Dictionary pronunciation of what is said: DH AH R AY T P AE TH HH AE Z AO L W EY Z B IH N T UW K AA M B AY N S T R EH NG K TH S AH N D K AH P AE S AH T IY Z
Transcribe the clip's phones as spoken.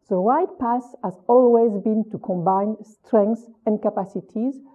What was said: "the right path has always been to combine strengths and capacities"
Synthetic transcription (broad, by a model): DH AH R AY T P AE S HH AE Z AO L W EY Z B IH N T UW K AA M B AY N S T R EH NG K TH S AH N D K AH P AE S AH T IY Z